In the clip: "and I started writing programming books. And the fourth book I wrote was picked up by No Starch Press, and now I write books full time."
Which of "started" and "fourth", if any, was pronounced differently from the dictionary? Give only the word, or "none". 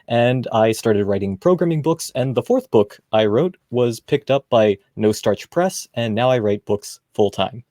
none